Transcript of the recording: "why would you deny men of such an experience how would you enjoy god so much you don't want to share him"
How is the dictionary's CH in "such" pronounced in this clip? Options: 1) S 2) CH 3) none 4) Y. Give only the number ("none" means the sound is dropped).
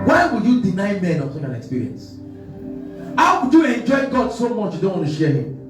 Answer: 3